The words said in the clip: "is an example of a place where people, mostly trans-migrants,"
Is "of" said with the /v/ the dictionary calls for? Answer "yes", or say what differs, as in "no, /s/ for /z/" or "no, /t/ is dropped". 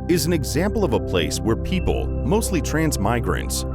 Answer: yes